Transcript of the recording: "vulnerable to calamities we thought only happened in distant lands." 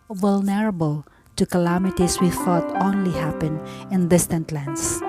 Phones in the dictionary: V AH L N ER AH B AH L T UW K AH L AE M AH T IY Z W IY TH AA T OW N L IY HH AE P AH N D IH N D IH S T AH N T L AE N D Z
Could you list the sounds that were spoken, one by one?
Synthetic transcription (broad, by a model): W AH L N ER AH B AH L T UW K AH L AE M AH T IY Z W IY TH AA T OW N L IY HH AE P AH N IH N D IH S T AH N T L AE N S